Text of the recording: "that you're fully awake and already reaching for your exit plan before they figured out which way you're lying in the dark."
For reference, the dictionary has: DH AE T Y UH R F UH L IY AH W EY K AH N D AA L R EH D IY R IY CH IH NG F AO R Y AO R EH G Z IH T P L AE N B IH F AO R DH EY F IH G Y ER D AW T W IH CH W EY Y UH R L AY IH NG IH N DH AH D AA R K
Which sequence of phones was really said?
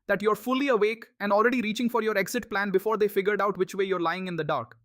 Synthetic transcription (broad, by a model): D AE T Y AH R F UH L IY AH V EY K AH N D AA L R EH D IY R IY CH IH NG F AO R Y AO R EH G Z IH T P L AE N B IH F AO R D EY F IH G Y ER D AW T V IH CH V EY Y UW R L AY IH NG IH N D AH D AA R K